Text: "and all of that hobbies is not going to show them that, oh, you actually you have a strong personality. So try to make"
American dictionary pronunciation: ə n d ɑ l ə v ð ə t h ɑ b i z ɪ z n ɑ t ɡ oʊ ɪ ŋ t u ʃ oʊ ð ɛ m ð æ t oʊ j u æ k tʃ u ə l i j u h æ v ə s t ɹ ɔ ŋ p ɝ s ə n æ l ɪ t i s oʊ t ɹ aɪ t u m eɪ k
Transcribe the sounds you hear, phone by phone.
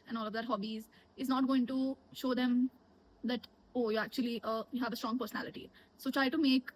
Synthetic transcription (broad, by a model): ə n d ɑ l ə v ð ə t h ɑ b i z ɪ z n ɑ t ɡ oʊ ɪ ŋ t u ʃ oʊ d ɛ m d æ t oʊ j u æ k tʃ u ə l i j u h æ v ə s t ɹ ɔ ŋ p ɝ s ə n æ l ɪ t i s oʊ t ɹ aɪ t u m eɪ k